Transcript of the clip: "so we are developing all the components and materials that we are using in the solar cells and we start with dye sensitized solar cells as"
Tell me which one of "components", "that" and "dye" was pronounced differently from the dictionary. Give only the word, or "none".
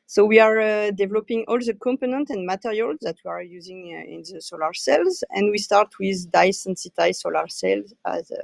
components